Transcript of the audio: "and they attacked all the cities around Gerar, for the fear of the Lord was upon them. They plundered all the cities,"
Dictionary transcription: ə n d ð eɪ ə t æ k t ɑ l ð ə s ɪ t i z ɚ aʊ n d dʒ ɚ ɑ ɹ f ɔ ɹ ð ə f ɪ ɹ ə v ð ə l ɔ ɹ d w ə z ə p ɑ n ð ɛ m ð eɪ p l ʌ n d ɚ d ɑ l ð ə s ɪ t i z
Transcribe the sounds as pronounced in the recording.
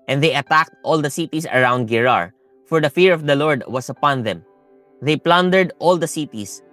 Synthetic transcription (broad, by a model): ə n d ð eɪ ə t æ k t ɑ l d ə s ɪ t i s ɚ aʊ n d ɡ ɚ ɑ ɹ f ɔ ɹ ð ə f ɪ ɹ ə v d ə l ɔ ɹ d w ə s ə p ɑ n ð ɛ m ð eɪ p l ʌ n d ɚ d ɑ l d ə s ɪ t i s